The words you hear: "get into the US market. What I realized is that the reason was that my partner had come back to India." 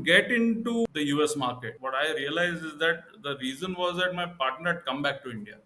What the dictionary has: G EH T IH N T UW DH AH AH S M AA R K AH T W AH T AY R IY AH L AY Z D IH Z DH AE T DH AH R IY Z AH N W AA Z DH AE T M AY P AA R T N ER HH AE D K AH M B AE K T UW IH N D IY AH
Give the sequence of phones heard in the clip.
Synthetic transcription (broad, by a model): G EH T IH N T UW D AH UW S M AA R K AH T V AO T AY R IY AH L AY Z IH Z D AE T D AH R IY Z AH N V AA Z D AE T M AY P AA R T N ER HH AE D K AH M B AE K T UW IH N D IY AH